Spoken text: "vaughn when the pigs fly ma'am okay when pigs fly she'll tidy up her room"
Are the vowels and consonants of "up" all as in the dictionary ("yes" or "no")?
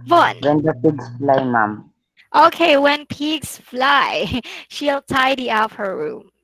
no